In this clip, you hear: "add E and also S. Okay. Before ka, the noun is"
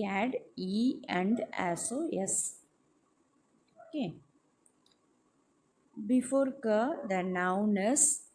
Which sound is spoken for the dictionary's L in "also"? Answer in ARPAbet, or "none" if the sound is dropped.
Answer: none